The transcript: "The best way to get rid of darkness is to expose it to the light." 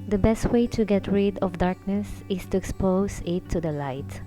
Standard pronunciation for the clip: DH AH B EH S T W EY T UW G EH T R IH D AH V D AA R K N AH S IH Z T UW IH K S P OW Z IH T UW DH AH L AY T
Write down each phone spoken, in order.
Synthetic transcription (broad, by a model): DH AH B EH S T W EY T UW G EH T R IH D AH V D AA R K N AH S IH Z T UW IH K S P OW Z IH T UW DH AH L AY T